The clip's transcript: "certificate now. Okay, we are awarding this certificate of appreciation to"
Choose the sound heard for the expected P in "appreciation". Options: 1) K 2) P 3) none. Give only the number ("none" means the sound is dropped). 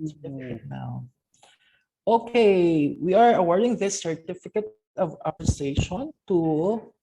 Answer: 3